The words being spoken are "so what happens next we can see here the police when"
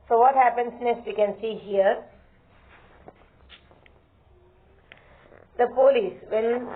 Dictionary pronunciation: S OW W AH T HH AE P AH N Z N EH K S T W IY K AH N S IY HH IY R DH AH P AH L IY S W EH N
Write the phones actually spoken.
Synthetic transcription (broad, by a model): S OW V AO T HH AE P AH N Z N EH S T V IY K AH N S IY HH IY R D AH P AH L IY S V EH N